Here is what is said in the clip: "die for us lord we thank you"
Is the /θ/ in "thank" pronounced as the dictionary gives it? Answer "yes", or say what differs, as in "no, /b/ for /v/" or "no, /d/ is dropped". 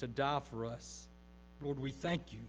yes